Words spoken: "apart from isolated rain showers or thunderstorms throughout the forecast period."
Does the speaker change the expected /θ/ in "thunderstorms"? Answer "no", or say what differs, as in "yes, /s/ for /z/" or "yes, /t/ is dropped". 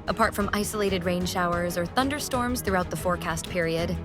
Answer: no